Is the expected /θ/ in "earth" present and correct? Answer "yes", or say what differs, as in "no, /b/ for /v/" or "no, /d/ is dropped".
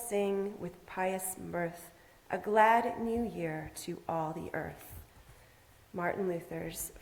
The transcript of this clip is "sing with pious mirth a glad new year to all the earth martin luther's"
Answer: yes